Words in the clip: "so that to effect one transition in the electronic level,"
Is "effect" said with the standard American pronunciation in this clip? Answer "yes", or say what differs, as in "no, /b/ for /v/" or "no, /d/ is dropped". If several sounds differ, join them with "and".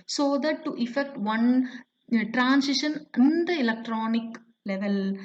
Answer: yes